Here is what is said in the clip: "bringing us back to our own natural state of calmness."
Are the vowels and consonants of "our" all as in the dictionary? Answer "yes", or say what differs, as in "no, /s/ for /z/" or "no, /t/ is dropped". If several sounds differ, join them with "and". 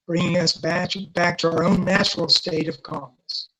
yes